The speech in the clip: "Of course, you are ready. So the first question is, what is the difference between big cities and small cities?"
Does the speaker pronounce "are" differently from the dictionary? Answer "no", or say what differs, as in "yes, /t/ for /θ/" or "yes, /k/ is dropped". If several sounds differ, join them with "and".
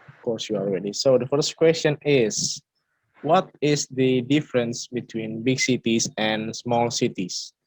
yes, /l/ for /ɹ/